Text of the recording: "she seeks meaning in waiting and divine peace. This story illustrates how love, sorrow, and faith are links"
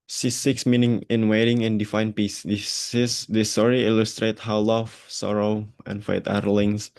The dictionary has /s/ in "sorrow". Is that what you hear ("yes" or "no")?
yes